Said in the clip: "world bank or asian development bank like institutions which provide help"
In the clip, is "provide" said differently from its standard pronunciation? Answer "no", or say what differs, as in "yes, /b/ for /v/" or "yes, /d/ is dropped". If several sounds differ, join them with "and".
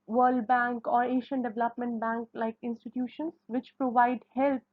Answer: no